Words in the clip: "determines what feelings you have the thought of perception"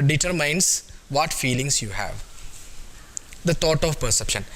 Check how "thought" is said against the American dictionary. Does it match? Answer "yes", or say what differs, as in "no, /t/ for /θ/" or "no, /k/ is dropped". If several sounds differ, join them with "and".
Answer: no, /t/ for /θ/